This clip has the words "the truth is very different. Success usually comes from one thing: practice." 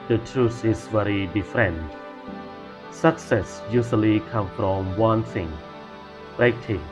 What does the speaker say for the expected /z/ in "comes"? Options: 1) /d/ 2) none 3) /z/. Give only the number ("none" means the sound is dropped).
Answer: 2